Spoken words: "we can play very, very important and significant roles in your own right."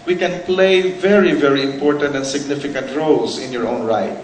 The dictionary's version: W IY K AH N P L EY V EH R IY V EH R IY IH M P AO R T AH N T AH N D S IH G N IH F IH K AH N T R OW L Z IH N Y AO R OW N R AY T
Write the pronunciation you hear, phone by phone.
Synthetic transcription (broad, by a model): W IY K AH N P L EY V EH R IY V EH R IY IH M P AO R T AH N T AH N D S IH G N IH F IH K AH N T R OW L S IH N Y AO R OW N R AY T